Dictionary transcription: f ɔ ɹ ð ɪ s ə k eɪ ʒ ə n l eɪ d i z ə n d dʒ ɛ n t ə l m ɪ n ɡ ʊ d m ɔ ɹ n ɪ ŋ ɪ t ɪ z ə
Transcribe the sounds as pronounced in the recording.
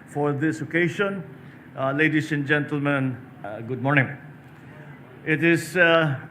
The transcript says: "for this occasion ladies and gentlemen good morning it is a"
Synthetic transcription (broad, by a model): f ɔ ɹ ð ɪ s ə k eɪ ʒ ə n l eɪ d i s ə n dʒ ɛ n t ə l m ɪ n ɡ ʊ d m ɔ ɹ n ɪ ŋ ɪ t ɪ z